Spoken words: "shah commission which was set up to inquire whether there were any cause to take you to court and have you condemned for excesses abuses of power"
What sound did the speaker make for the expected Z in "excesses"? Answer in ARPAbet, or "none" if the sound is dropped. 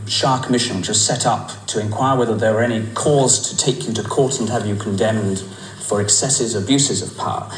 Z